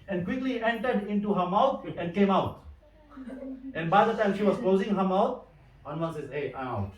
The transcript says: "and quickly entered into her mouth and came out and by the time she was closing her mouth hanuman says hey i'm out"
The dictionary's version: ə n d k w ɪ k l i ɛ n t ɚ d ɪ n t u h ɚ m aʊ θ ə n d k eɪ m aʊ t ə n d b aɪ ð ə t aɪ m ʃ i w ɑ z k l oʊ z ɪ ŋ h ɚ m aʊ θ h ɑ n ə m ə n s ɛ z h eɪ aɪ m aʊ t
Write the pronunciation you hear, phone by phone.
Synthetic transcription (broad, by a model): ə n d k w ɪ k l i ɛ n t ɚ d ɪ n t u h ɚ m aʊ t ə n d k eɪ m aʊ t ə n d b aɪ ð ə t aɪ m ʃ i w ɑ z k l oʊ z ɪ ŋ h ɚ m aʊ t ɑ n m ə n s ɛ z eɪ aɪ m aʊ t